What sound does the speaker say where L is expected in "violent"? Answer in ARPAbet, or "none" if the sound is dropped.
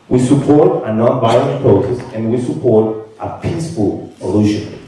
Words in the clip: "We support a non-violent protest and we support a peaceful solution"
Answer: none